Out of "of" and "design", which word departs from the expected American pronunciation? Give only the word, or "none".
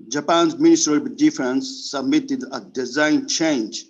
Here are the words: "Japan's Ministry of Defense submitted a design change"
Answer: of